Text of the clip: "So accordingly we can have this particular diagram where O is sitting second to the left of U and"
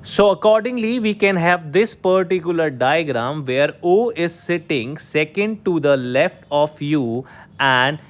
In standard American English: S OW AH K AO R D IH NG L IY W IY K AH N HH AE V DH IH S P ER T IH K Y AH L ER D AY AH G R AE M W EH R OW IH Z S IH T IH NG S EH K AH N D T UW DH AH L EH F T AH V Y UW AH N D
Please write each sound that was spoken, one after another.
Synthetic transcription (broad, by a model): S OW AH K AO R D IH NG L IY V IY K AH N HH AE V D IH S P ER T IH K Y AH L ER D AY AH G R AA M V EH R OW IH Z S IH T IH NG S EH K AH N D T UW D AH L EH F T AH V Y UW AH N D